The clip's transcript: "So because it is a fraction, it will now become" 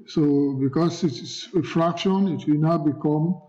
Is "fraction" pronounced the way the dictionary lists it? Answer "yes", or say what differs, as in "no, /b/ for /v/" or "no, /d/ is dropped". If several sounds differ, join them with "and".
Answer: yes